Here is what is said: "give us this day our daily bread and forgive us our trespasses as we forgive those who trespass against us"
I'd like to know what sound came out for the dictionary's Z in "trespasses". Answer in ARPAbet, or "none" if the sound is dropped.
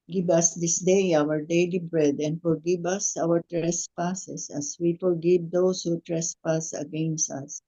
S